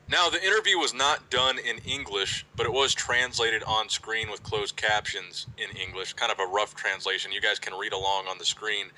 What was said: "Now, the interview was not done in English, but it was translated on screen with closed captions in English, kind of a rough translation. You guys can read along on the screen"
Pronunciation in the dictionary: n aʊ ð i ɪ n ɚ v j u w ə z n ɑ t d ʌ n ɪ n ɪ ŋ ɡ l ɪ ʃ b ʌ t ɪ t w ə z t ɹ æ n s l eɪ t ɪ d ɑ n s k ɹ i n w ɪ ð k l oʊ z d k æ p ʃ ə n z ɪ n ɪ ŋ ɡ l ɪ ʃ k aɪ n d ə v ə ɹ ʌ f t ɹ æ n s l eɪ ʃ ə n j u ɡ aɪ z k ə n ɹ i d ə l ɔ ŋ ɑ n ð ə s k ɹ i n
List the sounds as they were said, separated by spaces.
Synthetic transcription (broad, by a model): n aʊ ð i ɪ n ɚ v j u w ə z n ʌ t d ʌ n ɪ n ɪ ŋ ɡ l ɪ ʃ b ʌ t ɪ t w ə z t ɹ æ n s l eɪ t ɪ d n s k ɹ i n w ɪ ð k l oʊ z k æ p ʃ ə n z ɪ n ɪ ŋ ɡ l ɪ ʃ k aɪ n d ə v ə ɹ ʌ f t ɹ æ n s l eɪ ʃ ə n j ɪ ɡ aɪ z k ə n ɹ i d ə l ɔ ŋ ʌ n ð ə s k ɹ i n